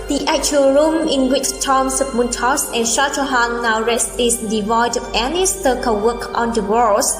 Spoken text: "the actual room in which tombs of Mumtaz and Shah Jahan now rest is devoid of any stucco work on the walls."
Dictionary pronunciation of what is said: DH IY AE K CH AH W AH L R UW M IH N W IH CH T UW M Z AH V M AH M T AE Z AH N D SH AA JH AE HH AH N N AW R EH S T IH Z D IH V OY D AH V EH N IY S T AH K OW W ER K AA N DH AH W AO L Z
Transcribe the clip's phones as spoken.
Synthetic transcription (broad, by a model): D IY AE K CH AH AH L R UW M IH N W IH CH T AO M S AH P M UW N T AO S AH N SH AA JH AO HH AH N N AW R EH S IH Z D IH V OY D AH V EH N IY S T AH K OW W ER K AA N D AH W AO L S